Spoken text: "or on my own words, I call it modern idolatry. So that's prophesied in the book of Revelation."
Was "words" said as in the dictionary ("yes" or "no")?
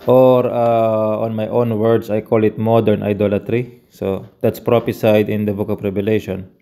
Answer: no